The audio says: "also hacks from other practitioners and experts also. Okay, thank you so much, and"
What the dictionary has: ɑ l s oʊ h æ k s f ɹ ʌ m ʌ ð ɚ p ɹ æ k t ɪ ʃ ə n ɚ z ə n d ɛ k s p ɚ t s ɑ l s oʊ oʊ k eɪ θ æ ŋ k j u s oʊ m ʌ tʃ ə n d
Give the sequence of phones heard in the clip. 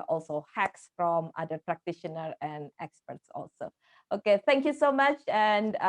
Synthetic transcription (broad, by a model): ɑ l s oʊ h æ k s f ɹ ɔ m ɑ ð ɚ p ɹ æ k t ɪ ʃ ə n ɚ ə n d ɛ k s p ɚ t s ɑ l s oʊ oʊ k eɪ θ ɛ ŋ k j u s oʊ m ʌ tʃ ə n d